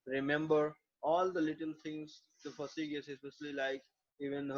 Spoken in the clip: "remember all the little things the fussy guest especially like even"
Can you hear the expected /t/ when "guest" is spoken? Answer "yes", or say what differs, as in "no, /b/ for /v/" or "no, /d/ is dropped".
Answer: no, /t/ is dropped